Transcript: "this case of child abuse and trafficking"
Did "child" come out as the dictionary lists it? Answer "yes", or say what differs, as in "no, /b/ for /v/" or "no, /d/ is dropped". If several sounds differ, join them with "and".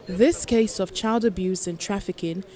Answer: yes